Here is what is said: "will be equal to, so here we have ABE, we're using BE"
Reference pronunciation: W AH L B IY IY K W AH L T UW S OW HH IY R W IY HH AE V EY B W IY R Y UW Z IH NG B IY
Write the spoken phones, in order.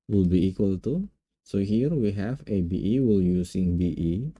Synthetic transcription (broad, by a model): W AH L B IY IY K W AH L T UW S OW HH IY R W IY HH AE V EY B W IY L Y UW S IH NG B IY